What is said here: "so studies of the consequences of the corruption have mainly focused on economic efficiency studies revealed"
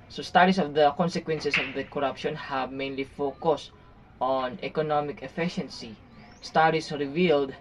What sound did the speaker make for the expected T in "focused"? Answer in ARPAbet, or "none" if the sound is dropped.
T